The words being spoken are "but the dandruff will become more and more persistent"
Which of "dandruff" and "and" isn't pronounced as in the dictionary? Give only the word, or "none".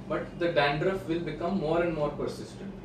none